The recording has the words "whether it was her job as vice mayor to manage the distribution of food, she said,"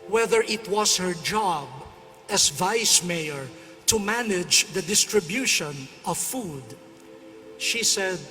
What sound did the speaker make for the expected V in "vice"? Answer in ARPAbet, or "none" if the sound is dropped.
V